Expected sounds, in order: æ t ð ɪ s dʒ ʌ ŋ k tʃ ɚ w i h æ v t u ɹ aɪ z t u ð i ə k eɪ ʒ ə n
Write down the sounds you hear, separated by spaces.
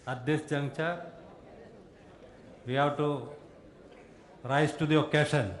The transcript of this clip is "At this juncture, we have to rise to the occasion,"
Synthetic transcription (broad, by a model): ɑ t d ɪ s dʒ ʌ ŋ tʃ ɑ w i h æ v t u ɹ aɪ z t u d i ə k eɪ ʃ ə n